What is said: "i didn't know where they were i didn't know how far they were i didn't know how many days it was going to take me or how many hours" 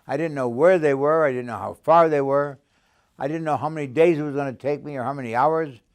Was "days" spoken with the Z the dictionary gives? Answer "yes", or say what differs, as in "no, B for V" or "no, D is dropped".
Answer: yes